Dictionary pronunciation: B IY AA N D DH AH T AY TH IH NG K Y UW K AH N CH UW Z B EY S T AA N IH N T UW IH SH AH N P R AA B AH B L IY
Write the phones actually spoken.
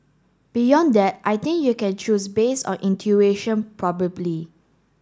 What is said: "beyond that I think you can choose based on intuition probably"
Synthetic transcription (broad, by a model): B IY AA N D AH T AY T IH NG K Y UW K AH N CH UW S B EY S AA N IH N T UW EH SH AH N P R AA B AH B L IY